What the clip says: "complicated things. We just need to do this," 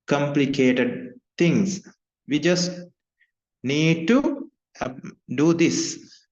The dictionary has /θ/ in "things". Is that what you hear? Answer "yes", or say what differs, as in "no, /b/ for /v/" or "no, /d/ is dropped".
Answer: no, /t/ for /θ/